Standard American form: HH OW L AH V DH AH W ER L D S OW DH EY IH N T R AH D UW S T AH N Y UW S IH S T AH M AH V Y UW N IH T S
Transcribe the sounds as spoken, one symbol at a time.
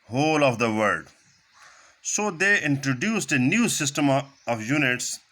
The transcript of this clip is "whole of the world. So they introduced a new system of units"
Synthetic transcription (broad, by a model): HH OW L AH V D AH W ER D S OW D EY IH N T R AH D UW S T AH N Y UW S IH S T AH M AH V Y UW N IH T S